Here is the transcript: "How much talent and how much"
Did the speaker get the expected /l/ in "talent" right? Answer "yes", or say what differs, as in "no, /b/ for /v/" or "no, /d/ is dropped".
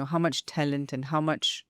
yes